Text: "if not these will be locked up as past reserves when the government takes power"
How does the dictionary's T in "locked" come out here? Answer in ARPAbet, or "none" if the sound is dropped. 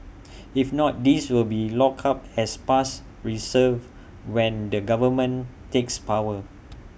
none